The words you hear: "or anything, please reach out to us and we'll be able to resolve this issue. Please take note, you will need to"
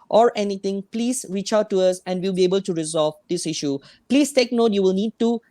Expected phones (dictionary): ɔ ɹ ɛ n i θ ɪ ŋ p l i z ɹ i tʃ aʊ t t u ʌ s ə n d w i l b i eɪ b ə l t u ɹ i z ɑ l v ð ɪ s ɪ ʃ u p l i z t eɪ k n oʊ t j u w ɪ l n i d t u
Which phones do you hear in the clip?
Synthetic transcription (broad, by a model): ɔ ɹ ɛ n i t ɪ ŋ p l i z ɹ i tʃ aʊ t t u ʌ s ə n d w i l b i eɪ b ə l t u ɹ i z ɑ l v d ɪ s ɪ ʃ u p l i s t eɪ k n oʊ t j u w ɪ l n i d t u